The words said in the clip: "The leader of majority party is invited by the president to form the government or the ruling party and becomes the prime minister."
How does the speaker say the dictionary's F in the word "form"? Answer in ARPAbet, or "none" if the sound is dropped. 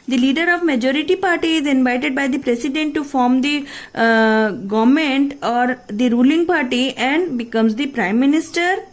F